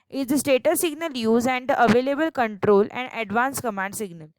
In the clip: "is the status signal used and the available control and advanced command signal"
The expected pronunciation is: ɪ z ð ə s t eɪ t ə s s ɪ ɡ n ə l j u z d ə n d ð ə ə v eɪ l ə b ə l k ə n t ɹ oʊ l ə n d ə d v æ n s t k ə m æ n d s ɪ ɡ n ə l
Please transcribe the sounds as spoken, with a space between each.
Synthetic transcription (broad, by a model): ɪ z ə s t eɪ t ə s s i ɡ n ə l j u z ə n d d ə ə v eɪ l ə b ə l k ə n t ɹ oʊ l ə n d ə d v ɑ n s k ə m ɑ n d s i ɡ n ə l